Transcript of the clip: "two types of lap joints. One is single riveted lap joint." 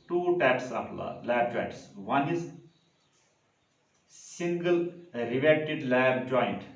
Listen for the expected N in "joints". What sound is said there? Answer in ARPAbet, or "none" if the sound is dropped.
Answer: none